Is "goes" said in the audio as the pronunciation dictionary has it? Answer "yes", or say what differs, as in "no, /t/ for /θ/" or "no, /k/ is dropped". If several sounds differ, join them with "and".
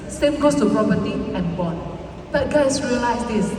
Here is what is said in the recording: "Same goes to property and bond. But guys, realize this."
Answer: no, /s/ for /z/